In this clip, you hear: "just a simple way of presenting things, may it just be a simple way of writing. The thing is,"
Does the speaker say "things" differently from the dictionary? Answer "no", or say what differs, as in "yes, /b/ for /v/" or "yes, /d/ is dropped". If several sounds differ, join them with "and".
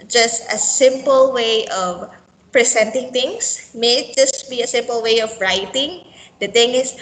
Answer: yes, /t/ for /θ/ and /s/ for /z/